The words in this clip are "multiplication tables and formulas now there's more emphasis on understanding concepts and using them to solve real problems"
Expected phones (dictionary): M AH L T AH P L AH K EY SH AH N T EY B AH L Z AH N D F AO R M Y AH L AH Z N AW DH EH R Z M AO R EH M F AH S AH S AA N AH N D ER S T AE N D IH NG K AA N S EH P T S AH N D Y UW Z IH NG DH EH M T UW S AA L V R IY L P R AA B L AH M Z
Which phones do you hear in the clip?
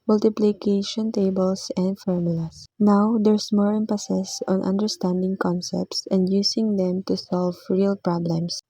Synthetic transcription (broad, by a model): M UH L T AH P L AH K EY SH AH N T EY B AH L S AH N D F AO R M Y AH L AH S N AW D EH R S M AO R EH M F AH S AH S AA N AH N D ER S T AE N D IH NG K AA N S EH P T S AH N D Y UW S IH NG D EH M T UW S AA L V R IY L P R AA B L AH M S